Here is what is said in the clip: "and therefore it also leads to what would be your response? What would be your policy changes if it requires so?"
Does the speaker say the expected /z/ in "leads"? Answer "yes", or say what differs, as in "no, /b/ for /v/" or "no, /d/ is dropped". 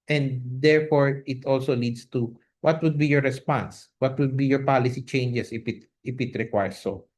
no, /s/ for /z/